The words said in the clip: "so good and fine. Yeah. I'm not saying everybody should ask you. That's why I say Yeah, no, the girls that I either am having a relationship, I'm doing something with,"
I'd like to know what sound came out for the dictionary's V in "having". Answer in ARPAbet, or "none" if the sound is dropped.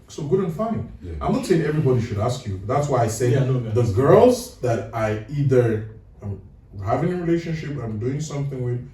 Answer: V